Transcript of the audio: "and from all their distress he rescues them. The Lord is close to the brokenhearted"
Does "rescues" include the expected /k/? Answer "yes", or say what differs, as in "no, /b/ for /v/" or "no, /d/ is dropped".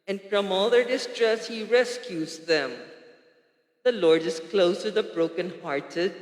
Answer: yes